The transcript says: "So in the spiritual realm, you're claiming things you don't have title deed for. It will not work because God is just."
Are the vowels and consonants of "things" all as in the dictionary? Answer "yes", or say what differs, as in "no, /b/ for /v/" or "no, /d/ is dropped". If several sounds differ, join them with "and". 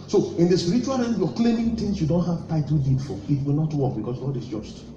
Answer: no, /t/ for /θ/